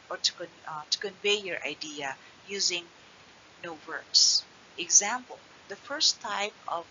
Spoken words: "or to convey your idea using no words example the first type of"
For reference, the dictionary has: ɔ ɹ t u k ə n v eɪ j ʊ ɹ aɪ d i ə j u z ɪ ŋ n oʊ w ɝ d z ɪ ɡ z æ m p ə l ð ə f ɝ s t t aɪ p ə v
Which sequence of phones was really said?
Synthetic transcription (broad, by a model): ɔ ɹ t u k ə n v eɪ j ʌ ɹ aɪ d i ə j u z ɪ ŋ n oʊ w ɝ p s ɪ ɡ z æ m p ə l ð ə f ɝ s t t aɪ p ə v